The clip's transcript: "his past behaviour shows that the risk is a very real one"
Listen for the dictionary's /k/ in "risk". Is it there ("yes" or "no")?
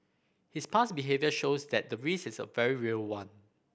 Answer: no